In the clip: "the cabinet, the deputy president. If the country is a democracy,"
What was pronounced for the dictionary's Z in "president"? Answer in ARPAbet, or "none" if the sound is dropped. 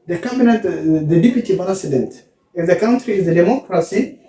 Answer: S